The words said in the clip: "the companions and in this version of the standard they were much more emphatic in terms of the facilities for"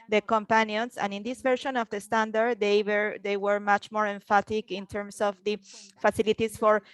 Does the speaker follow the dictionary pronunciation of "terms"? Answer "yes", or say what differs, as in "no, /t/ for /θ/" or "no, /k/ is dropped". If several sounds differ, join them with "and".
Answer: no, /s/ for /z/